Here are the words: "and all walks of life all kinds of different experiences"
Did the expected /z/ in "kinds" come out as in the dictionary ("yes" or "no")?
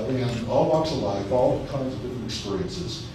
yes